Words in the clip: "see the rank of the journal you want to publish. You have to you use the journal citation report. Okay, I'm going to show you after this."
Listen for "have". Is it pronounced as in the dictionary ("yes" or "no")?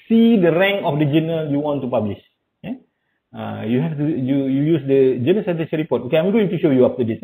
no